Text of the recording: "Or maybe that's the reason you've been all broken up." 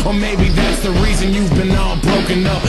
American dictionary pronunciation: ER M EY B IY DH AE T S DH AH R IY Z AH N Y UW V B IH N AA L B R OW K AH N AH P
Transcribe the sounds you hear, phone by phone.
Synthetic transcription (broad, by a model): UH M EY B IY DH AE T S DH AH R IY Z AH N Y UW V B IH N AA B R OW K AH N AH P